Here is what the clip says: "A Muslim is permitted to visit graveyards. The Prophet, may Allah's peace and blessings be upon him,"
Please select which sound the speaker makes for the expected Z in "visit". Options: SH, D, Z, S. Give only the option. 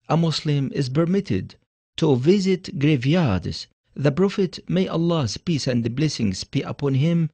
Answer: Z